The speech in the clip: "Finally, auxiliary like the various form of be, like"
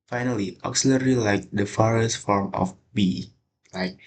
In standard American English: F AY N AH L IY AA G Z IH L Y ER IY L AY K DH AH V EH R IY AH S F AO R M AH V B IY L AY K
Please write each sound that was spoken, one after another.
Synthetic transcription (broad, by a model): F AY N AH L IY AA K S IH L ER IY L AY K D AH F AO R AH S F AO R M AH F B IY L AY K